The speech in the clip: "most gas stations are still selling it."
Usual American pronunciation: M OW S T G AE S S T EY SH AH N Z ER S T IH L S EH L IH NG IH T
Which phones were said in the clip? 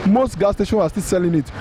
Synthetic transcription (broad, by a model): M OW S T G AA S S T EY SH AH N AA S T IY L S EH L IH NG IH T